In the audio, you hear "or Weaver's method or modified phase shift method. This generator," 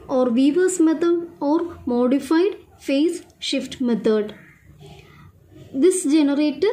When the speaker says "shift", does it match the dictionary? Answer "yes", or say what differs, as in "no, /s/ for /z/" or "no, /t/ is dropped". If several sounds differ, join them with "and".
yes